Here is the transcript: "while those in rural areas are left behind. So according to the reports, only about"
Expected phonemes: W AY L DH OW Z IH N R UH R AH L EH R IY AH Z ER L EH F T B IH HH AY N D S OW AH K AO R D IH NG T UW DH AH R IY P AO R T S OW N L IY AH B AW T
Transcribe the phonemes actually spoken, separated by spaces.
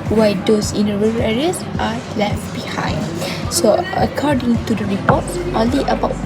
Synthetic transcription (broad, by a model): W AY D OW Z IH N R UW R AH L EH R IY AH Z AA L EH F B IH HH AY N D S OW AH K AO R D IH NG T UW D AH R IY P AO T T OW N L IY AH B AW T